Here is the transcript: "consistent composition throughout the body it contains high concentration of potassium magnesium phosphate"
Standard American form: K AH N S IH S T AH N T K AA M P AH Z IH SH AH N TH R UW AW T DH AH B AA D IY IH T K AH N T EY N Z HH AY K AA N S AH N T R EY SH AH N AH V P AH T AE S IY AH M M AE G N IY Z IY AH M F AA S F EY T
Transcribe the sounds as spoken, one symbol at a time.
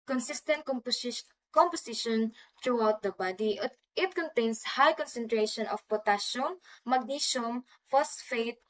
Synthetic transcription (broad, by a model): K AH N S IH S T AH N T K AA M P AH S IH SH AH N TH R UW AW T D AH B AA D IY IH T K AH N T EY N S HH AY K AA N S AH N T R EY SH AH N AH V P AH T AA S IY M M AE G N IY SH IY M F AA S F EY T